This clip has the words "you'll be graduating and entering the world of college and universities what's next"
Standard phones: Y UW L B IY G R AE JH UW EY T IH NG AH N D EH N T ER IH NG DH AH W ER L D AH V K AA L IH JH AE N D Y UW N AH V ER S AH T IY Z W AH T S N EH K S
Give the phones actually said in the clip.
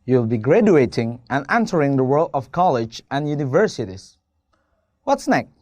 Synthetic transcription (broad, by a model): Y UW L B IY G R AE JH UW EY T IH NG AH N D EH N T ER IH NG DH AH W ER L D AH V K AA L IH JH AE N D Y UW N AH V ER S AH T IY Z W AH T S N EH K